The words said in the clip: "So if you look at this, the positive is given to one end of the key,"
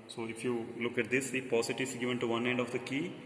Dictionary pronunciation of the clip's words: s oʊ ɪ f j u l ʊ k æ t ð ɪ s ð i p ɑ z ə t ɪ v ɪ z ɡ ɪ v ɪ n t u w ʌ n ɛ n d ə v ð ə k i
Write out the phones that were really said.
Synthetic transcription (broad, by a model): s oʊ ɪ f j u l ʊ k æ t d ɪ s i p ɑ s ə t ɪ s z ɡ ɪ v ɪ n t u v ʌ n ɛ n d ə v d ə k i